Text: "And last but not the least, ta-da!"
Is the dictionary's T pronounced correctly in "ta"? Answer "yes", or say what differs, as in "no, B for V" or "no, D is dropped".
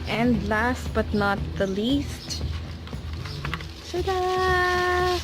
no, S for T